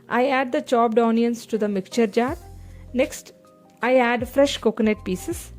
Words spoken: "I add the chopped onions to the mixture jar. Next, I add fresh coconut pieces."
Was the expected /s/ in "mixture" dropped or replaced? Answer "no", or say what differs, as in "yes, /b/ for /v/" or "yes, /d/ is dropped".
yes, /s/ is dropped